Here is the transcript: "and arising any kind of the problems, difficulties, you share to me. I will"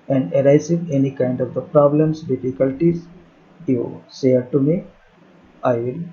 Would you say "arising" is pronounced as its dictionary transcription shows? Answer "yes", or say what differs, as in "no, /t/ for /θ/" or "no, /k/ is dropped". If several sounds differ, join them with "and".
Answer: no, /s/ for /z/